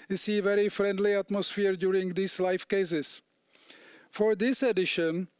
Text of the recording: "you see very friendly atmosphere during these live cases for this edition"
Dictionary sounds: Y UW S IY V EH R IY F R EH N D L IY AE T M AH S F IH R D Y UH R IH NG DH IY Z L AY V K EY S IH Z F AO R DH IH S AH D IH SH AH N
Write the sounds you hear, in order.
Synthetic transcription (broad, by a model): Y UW S IY V EH R IY F R EH N D L IY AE T M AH S F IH R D Y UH R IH NG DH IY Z L AY F K EY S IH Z F AO R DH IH S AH D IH SH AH N